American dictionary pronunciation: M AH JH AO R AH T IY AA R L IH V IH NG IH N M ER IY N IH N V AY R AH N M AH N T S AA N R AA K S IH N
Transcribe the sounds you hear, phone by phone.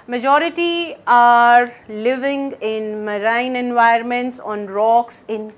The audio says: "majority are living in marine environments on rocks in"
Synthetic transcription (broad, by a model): M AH JH AO R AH T IY AA R L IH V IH NG IH N M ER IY N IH N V AY AH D M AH N T S AA N R AA K S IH N